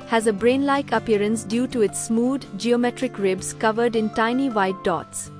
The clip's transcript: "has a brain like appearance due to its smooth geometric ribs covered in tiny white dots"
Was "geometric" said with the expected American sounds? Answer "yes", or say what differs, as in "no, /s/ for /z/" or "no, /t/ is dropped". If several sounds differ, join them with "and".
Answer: yes